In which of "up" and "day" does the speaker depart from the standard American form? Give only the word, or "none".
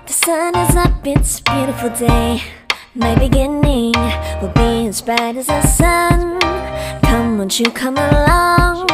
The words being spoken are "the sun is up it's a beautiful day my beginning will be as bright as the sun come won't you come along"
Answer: up